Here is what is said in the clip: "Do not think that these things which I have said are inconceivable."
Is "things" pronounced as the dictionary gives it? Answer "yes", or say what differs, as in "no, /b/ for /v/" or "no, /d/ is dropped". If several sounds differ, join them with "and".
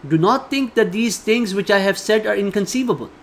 no, /t/ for /θ/